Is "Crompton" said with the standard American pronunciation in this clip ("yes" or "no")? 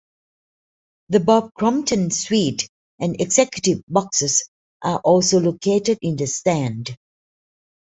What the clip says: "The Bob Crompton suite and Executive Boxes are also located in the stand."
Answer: no